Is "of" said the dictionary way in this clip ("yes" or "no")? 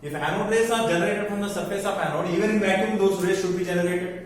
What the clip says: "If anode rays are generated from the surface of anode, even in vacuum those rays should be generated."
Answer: no